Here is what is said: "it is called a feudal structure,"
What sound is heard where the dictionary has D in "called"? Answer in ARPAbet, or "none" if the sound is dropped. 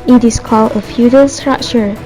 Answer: none